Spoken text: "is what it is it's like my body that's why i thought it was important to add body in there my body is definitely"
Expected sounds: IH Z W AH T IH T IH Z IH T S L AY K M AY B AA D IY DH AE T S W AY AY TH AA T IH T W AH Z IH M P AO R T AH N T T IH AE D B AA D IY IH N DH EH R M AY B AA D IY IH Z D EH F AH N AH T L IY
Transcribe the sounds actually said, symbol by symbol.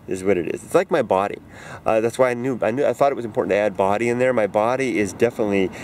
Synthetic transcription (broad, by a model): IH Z W AH T IH T IH Z IH T S L AY K M AY B AA D IY DH AE T S W AY AY TH AA T IH T W AH Z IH M P AO R T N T T IH AE D B AA D IY IH N DH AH R M AY B AA D IY IH Z D EH F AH N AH T L IY